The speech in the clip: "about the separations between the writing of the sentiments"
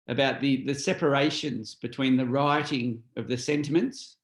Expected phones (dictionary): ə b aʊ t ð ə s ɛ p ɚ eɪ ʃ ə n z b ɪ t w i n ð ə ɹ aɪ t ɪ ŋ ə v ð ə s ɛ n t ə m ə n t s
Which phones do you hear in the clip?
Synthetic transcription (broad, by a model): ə b aʊ t ð ə s ɛ p ɚ eɪ ʃ ə n z b ɪ t w i n ð ə ɹ aɪ t ɪ ŋ ə v ð ə s ɛ n t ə m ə n t s